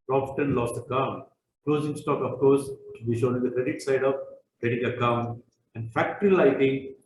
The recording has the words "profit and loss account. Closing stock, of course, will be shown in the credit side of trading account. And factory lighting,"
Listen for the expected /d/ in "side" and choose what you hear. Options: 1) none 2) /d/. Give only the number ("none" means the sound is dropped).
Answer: 2